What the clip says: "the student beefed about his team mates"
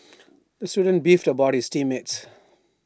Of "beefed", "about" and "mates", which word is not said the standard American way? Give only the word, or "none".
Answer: none